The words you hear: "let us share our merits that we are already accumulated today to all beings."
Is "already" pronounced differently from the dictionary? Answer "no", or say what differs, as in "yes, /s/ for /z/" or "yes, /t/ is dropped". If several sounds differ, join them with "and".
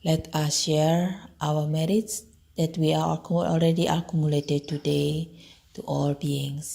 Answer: yes, /l/ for /ɹ/